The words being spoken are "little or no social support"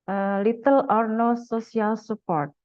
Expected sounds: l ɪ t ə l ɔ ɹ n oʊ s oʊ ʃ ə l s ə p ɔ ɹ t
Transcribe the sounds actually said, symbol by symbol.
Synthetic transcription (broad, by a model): l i t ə l ɔ ɹ n oʊ s oʊ s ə l s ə p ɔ ɹ t